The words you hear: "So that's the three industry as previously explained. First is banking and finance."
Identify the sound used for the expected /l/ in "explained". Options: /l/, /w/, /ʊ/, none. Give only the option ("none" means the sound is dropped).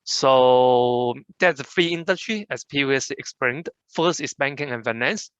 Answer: none